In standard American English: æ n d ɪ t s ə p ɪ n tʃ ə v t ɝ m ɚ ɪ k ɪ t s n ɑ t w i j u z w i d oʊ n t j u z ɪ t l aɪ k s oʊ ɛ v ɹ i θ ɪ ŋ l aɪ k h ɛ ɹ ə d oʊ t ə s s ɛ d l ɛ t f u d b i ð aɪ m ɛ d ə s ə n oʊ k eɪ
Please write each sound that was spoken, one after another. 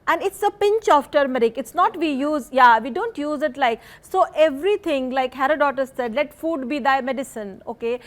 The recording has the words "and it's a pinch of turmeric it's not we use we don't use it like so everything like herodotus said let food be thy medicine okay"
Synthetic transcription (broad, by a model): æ n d ɪ t s ə p ɪ n tʃ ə f t ɝ m ɚ ɪ k ɪ t s n ɑ t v i j u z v i d oʊ n t j u z ɪ t l aɪ k s oʊ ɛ v ɹ i t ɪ ŋ l aɪ k h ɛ ɹ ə d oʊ t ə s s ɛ d l ɛ t f u d b i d aɪ m ɛ d ə s ə n oʊ k eɪ